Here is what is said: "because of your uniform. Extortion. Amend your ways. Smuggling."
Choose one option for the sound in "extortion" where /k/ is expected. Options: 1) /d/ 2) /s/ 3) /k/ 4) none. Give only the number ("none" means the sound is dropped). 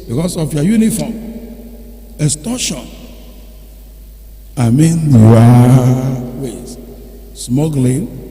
4